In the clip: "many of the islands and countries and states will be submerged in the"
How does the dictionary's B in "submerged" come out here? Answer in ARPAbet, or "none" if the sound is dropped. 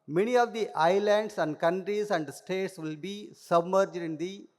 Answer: B